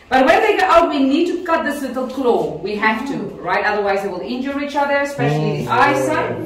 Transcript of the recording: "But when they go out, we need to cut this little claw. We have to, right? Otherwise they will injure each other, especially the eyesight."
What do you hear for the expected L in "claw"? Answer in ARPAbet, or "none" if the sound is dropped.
L